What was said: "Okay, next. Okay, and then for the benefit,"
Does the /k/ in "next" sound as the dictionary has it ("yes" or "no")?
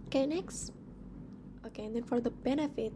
yes